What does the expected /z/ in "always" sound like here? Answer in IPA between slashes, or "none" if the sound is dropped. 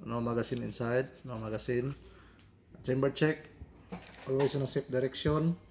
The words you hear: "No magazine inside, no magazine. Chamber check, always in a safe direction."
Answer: /s/